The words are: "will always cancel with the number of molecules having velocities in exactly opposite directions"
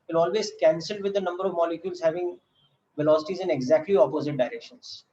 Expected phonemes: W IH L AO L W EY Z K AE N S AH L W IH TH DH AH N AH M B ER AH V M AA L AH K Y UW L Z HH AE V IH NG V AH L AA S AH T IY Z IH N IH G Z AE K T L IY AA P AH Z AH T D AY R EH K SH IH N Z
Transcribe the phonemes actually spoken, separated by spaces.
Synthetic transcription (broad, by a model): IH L AO L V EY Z K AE N S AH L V IH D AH N AH M B ER AH V M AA L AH K Y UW L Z HH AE V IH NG V AH L AA S AH T IY Z IH N IH G Z AE K T L IY AA P AH Z AH T D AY R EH K SH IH N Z